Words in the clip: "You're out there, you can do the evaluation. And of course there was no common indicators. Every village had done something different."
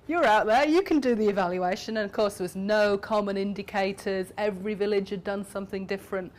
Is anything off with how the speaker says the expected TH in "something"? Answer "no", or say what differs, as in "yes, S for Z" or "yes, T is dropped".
no